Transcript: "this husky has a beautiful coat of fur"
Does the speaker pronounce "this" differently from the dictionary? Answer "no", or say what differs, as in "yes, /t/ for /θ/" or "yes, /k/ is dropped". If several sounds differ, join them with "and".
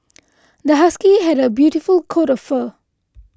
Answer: yes, /s/ is dropped